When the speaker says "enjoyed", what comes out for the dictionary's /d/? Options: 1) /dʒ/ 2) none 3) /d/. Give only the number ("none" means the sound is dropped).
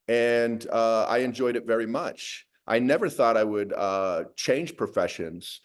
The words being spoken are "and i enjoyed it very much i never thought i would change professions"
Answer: 3